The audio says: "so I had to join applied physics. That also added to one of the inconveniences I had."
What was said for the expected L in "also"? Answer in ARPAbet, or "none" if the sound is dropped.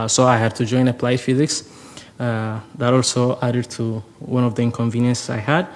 L